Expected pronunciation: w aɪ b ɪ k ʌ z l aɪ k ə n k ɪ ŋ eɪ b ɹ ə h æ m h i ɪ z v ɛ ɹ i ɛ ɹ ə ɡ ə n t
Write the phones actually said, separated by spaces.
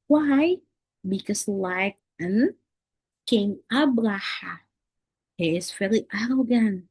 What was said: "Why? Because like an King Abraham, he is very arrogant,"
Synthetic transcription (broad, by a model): w aɪ b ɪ k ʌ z l aɪ k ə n k ɪ ŋ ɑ b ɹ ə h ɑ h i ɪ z f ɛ l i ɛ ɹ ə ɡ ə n